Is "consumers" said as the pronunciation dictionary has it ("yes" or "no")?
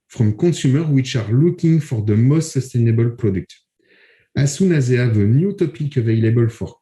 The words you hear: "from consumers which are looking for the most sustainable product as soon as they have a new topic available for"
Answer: no